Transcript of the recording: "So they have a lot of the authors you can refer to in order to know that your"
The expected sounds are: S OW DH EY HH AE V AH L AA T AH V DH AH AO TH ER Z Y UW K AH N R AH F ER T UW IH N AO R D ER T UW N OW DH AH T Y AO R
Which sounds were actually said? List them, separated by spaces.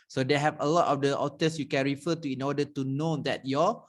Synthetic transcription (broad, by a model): S OW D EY HH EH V AH L AA T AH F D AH AO T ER S Y UW K AH N R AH F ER T UW IH N AO D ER T UW N OW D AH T Y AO